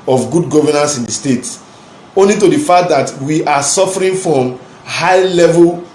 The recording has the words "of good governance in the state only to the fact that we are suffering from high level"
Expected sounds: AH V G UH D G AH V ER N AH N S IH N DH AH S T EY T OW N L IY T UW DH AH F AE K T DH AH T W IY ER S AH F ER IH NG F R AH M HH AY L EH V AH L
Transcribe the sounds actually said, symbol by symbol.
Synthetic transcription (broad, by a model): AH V G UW D G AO V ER N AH N S IH N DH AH S T EY T OW N L IY T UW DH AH F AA K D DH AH T W IY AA S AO F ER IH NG F R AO M HH AY L EH V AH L